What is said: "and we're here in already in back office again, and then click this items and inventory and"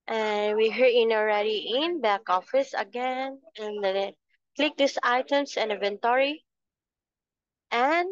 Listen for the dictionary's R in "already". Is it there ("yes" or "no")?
yes